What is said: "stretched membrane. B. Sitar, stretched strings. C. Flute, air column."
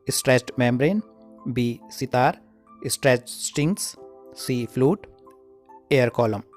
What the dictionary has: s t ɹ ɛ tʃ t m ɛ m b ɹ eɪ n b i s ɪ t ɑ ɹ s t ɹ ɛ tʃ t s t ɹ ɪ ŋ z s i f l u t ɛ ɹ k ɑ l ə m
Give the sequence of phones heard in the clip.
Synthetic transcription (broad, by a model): s t ɹ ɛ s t m ɛ m b ɹ eɪ n b i s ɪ t ɑ ɹ s t ɹ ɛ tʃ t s t ɪ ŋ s s i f l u t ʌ ɹ k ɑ l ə m